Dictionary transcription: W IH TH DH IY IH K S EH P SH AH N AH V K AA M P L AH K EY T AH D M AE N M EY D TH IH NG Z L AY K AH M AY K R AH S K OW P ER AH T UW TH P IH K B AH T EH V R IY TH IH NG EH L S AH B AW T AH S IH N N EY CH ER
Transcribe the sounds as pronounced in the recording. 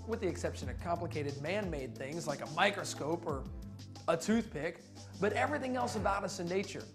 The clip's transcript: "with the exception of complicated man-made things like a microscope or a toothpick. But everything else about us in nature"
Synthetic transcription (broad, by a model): W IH DH IY IH K S EH P SH AH N AH V K AA M P L AH K EY T AH D M AE N M EY D TH IH NG Z L AY K AH M AY K R AH S K OW P ER AH T UW TH P IH K B AH T EH V R IY TH IH NG EH L S AH B AW T AH S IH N N EY CH ER